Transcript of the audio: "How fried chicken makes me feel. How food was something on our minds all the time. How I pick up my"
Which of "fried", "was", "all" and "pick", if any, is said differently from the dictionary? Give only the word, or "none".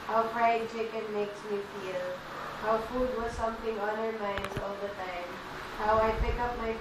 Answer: fried